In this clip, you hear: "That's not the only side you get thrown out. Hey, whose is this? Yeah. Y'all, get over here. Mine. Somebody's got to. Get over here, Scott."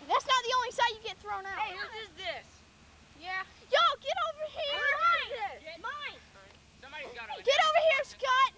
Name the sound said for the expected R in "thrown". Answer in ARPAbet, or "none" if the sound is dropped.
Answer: R